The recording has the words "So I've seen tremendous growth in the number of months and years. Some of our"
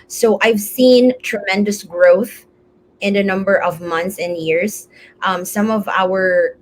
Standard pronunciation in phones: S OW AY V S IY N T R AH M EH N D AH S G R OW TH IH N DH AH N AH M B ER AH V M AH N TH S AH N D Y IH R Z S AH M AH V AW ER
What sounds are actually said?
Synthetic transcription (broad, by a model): S OW AY V S IY N T R AH M EH N D AH S G R OW TH IH N DH AH N AH M B ER AH V M AH N TH S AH N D Y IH R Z S AH M AH V AW ER